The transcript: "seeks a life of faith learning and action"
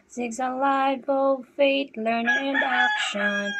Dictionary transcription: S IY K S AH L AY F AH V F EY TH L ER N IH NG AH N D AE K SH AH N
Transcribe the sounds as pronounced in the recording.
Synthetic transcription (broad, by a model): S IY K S AH L AY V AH F EY T L ER N IH NG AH N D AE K SH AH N